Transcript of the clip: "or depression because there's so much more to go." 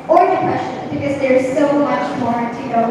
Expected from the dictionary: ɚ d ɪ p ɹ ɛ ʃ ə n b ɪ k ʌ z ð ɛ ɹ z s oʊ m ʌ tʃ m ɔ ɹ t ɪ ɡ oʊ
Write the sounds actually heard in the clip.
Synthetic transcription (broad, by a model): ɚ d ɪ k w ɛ s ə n b ɪ k ʌ z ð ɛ ɹ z s oʊ m ʌ tʃ m ɔ ɹ t ɪ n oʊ